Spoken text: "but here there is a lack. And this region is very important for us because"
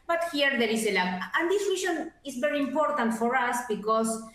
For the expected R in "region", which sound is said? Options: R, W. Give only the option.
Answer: W